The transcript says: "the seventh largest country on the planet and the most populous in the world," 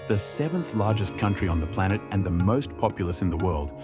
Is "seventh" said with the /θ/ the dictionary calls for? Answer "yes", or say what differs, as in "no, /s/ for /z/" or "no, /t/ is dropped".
yes